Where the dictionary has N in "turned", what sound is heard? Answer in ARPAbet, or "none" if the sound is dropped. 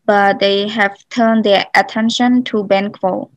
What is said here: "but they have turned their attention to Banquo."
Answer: N